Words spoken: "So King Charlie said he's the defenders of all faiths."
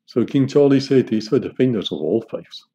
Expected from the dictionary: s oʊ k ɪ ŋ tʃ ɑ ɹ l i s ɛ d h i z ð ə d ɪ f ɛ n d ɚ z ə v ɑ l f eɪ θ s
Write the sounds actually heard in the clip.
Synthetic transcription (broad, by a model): s oʊ k ɪ ŋ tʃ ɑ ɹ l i s ɛ d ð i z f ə d ɪ f ɛ n d ɚ z ə v ɑ l f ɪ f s